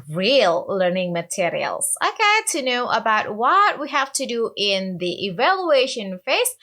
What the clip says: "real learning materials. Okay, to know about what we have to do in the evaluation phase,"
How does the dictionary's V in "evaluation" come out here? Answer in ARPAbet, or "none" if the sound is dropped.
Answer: V